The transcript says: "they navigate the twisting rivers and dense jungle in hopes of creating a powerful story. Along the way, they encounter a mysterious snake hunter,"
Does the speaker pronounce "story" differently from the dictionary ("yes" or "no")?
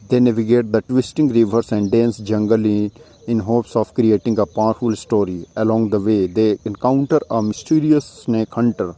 no